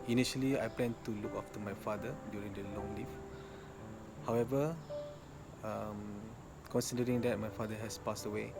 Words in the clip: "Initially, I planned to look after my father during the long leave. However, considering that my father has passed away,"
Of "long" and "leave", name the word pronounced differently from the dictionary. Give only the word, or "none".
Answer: leave